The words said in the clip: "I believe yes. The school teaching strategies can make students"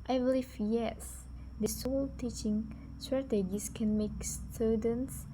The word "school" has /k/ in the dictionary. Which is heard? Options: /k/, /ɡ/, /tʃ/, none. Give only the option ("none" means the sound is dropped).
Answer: none